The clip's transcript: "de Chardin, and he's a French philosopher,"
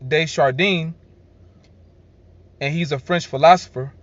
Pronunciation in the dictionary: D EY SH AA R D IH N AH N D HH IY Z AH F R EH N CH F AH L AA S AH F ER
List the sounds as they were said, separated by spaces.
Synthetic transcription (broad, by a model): D EY SH AA R D IH N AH N HH IY Z AH F R EH N CH F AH L AA S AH F ER